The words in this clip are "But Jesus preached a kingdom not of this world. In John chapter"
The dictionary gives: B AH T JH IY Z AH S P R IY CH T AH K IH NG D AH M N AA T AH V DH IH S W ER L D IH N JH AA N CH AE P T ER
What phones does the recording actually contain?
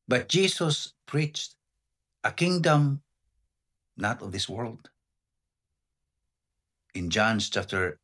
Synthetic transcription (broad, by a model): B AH T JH IY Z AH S P R IY CH T AH K IH NG D AH M N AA T AH V DH IH S W ER L D IH N JH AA N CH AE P T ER